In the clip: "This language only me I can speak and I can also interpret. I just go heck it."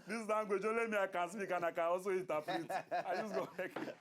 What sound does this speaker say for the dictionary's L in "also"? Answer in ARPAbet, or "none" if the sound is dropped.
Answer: none